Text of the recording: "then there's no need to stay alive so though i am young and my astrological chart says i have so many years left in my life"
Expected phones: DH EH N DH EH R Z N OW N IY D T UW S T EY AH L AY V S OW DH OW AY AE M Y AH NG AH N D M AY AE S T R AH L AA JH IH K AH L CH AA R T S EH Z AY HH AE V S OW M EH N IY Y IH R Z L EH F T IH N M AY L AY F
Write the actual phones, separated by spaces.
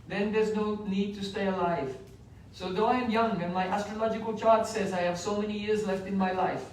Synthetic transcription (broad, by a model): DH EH N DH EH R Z N OW N IY D T UW S T EY AH L AY V S OW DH OW AY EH M Y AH NG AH N M AY AE S T R AH L AA JH IH K AH L CH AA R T S EH Z AY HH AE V S OW M EH N IY Y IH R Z L EH F T IH N M AY L AY F